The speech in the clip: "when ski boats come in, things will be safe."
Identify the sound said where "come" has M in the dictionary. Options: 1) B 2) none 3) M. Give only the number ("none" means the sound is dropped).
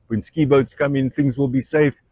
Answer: 3